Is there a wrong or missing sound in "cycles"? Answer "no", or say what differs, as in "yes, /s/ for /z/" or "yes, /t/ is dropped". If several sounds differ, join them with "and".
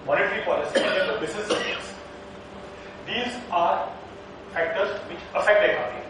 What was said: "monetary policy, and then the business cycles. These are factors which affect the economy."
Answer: yes, /k/ is dropped